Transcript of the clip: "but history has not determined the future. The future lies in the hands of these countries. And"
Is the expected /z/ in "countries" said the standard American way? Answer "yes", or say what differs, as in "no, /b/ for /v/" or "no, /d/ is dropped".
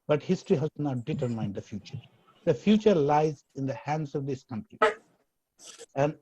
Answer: no, /z/ is dropped